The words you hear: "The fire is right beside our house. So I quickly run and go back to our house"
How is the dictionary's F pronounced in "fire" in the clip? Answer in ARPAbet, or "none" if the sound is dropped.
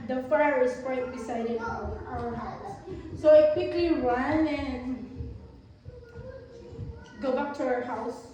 F